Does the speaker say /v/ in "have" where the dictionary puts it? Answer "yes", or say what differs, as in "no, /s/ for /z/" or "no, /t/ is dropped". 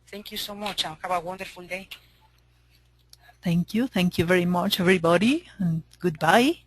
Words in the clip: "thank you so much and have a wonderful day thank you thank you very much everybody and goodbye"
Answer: no, /b/ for /v/